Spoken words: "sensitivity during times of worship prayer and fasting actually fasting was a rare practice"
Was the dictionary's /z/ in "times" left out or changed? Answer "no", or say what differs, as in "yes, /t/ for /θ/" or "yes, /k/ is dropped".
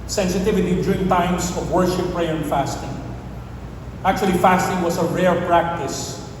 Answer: yes, /s/ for /z/